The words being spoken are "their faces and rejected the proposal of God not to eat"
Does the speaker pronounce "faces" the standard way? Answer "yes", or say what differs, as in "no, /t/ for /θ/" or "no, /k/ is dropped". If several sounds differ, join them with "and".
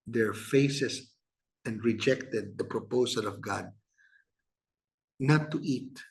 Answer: no, /s/ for /z/